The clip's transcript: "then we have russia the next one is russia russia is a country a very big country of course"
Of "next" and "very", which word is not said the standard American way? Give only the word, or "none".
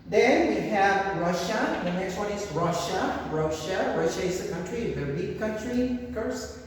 very